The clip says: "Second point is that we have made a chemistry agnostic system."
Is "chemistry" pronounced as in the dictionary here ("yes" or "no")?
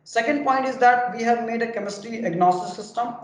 no